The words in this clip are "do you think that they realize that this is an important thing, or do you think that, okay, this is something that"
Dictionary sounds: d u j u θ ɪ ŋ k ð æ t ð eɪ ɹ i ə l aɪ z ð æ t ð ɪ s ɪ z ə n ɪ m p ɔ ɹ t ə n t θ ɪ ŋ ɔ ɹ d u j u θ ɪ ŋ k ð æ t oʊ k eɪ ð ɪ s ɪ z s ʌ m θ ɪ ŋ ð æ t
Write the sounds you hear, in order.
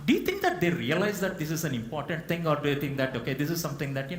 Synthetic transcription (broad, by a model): d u j u t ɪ ŋ k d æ t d eɪ ɹ i ə l aɪ z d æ t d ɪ s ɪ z ə n ɪ m p ɔ ɹ t ə n t t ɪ ŋ ɔ ɹ d u j u t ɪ ŋ k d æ t oʊ k eɪ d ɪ s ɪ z s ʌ m t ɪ ŋ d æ t